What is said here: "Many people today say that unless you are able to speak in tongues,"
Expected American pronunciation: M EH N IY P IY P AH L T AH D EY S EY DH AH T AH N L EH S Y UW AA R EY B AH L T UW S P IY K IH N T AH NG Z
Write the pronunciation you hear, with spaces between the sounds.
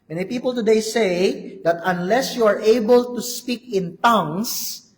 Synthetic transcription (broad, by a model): M EH N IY P IY P AH L T AH D EY S EY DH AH T AH N L EH S Y UW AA R EY B AH L T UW S P IY K IH N T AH NG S